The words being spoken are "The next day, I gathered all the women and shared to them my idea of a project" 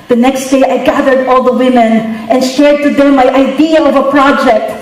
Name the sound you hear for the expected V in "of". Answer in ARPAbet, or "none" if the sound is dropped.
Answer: V